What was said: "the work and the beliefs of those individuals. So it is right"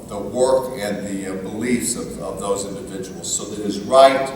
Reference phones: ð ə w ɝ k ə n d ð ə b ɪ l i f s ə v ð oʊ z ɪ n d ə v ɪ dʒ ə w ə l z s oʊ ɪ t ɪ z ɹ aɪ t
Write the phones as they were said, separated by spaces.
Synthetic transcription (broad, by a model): ð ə w ɝ k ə n ð ə b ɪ l i f s ə v ð oʊ z ɪ n d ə v ɪ dʒ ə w l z s oʊ ɪ t ɪ z ɹ aɪ t